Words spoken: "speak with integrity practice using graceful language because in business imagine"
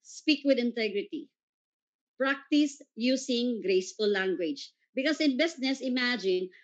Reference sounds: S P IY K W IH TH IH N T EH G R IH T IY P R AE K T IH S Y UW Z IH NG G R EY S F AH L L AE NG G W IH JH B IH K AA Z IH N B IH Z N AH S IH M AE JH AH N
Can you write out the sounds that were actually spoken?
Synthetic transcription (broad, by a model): S P IY K W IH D IH N T EH G R IH T IY P R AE K T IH S Y UW S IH NG G R EY S F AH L L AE NG G W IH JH B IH K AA S IH N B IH S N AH S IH M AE JH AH N